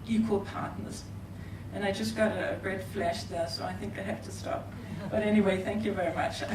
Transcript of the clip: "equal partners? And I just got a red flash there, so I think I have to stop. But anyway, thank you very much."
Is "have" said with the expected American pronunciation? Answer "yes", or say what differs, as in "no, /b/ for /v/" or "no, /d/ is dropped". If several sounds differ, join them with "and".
no, /f/ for /v/